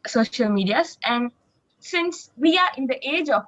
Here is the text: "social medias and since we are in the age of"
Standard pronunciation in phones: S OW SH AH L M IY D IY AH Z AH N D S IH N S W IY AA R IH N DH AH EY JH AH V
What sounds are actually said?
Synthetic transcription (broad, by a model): S OW SH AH L M IY D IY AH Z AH N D S IH N S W IY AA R IH N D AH EY JH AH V